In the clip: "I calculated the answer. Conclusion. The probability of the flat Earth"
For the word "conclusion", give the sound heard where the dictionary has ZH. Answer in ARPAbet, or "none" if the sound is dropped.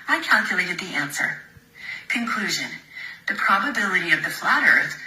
ZH